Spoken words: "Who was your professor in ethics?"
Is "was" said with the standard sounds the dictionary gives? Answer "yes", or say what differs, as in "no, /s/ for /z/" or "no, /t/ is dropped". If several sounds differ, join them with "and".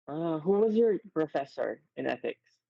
yes